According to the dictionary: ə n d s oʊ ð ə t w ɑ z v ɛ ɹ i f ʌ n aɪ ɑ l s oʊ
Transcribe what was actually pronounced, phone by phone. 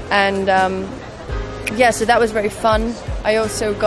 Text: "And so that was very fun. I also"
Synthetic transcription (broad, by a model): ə n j s oʊ ð ə t w ɑ z v ɛ ɹ i f ʌ n aɪ ɑ l s oʊ